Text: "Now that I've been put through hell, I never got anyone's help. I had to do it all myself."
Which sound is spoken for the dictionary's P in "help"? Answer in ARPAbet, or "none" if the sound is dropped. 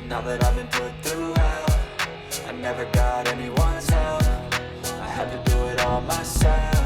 F